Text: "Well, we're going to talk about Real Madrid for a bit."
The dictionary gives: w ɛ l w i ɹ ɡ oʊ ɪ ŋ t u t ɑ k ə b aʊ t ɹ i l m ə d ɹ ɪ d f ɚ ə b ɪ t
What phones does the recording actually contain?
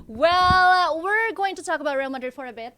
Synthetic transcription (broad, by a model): w ɛ l w i ɹ ɡ oʊ ɪ ŋ t u t ɑ k ə b aʊ t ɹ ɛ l m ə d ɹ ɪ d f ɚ ə b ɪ t